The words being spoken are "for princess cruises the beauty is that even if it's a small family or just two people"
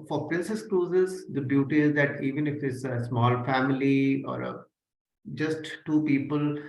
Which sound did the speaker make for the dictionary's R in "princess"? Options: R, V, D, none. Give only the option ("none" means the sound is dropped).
R